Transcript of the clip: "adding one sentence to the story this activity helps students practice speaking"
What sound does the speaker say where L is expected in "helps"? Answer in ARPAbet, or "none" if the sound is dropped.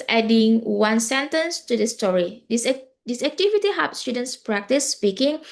none